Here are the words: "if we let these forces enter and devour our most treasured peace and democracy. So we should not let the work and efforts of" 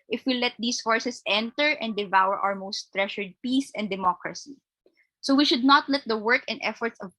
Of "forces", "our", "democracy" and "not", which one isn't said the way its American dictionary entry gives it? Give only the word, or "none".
forces